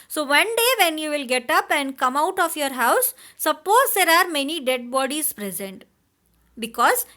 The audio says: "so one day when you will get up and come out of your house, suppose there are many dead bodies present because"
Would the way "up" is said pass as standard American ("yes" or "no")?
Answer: yes